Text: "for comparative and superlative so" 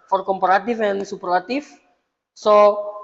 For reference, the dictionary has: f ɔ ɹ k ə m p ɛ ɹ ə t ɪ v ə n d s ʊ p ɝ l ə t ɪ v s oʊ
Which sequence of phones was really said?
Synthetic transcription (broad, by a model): f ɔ ɹ k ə m p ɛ ɹ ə t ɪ f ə n s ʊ p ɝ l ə t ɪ f s oʊ